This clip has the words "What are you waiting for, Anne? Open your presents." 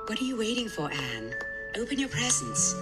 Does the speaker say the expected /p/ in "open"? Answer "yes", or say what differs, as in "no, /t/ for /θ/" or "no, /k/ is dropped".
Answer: yes